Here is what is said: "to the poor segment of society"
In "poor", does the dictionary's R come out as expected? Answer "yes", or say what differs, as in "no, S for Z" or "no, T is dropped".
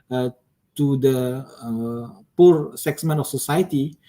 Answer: yes